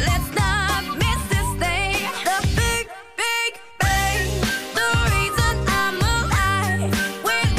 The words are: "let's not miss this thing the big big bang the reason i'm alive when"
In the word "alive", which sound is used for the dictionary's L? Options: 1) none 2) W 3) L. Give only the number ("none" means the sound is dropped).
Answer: 1